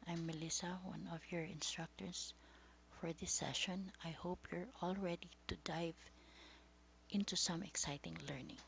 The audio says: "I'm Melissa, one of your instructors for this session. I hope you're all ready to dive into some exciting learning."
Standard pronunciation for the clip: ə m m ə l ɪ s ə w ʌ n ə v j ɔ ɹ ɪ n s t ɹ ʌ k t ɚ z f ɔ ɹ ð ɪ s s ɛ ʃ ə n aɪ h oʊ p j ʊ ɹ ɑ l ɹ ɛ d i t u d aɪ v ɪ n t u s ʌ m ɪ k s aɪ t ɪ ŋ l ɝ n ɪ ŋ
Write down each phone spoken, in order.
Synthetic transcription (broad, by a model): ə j m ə l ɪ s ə w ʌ n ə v j ɔ ɹ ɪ n s t ɹ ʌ k t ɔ s f ɔ ɹ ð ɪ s s ɛ ʃ ə n aɪ h oʊ p j ʊ ɹ ɑ l ɹ ɛ d i t u d aɪ v ɪ n t u s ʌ m ɪ k s aɪ t ɪ ŋ l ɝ n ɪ ŋ